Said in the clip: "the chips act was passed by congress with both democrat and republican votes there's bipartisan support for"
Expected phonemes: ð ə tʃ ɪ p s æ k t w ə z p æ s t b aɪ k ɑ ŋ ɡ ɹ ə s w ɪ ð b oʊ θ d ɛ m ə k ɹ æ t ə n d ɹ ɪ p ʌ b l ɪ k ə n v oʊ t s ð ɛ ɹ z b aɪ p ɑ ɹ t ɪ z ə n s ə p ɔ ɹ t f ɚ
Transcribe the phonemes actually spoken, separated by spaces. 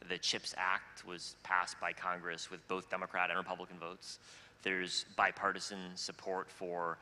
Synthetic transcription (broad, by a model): ð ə tʃ ɪ p s æ k t w ə z p æ s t b aɪ k ɑ ŋ ɡ ɹ ə s w ɪ ð b oʊ θ d ɛ m ə k ɹ æ t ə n ɹ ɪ p ʌ b l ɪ k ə n v oʊ t s ð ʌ ɹ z b aɪ p ɑ ɹ t ɪ z ə n s ə p ɔ ɹ t f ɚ